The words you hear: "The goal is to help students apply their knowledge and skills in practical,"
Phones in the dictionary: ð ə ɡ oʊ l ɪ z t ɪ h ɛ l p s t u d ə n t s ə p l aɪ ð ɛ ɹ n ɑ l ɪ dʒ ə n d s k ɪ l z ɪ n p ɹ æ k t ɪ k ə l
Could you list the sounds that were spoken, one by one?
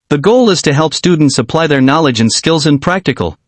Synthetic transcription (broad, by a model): ð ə ɡ oʊ l ɪ z t ɪ h ɛ l p s t u d n t s ə p l aɪ ð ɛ ɹ n ɑ l ɪ dʒ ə n s k ɪ l z ɪ n p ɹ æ k t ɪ k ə l